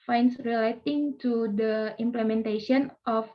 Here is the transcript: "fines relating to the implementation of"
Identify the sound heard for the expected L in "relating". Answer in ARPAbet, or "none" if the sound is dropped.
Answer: L